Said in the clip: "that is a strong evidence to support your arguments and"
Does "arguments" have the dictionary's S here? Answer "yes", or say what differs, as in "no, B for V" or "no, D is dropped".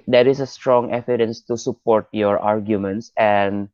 yes